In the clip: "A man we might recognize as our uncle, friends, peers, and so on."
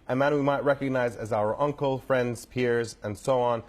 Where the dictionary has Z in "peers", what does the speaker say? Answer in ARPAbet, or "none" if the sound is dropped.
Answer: Z